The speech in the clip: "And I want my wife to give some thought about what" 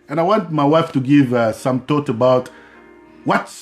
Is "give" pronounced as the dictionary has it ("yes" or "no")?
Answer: yes